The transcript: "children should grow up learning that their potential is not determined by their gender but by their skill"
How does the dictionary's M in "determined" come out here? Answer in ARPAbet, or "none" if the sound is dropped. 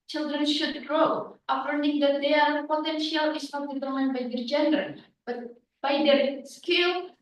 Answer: none